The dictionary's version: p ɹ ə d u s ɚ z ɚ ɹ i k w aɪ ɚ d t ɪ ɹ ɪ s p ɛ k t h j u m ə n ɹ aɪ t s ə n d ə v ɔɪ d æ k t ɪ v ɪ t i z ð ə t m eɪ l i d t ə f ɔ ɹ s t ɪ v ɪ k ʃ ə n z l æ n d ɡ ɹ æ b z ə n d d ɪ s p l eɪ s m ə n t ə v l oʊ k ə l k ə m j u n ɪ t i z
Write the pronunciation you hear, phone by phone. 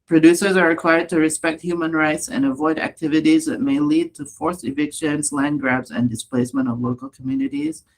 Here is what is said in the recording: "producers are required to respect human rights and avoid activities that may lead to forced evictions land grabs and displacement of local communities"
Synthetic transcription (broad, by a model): p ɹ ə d u s ɚ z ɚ ɹ i k w aɪ ɚ d t ɪ ɹ ɪ s p ɛ k t h j u m ə n ɹ aɪ t s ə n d ə v ɔɪ d æ k t ɪ v ɪ t i z ð ə t m eɪ l i d t ə f ɔ ɹ s ɪ v ɪ k ʃ ə n z l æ n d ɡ ɹ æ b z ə n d d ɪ s p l eɪ s m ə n t ə v l oʊ k ə l k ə m j u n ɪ t i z